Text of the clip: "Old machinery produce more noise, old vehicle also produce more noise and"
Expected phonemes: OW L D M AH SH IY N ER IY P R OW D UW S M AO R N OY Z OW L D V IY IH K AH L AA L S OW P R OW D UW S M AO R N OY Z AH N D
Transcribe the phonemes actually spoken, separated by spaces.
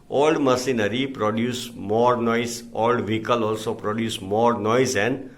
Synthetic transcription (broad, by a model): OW L D M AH S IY N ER IY P R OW D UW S M AO R N OY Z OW L D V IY K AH L AA L S OW P R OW D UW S M AO R N OY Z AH N D